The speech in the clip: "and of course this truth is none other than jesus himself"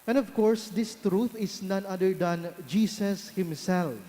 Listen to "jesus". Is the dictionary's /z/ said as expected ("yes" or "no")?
no